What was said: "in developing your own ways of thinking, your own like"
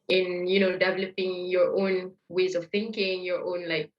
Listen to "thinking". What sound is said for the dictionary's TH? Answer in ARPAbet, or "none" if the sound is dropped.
TH